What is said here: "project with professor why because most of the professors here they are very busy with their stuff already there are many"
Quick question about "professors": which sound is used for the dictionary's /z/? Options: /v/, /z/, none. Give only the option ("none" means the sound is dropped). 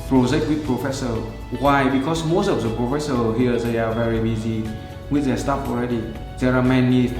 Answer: none